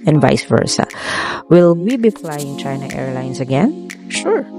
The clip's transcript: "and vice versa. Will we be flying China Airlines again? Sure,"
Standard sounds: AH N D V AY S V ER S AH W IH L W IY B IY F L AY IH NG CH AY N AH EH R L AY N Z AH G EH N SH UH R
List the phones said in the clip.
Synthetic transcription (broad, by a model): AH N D V AY S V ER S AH W IH L W IY B IY F L AY IH NG CH AY N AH EH R L AY N S AH G EH N SH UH R